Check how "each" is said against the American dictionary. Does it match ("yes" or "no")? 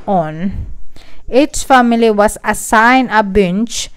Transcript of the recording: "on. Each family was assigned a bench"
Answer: no